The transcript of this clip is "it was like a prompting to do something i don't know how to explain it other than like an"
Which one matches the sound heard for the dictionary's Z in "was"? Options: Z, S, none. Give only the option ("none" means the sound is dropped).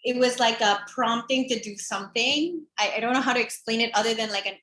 Z